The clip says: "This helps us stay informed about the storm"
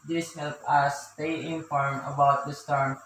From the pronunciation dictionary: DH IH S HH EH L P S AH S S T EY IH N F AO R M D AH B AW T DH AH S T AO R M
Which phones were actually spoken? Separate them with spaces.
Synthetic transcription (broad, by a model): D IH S HH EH L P AH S S T EY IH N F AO R M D AH B AW T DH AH S T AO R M